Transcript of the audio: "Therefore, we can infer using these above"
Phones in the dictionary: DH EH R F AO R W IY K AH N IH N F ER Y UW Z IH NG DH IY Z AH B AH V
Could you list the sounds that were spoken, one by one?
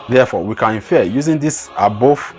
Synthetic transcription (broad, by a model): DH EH F AO W IY K AH N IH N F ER Y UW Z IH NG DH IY S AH B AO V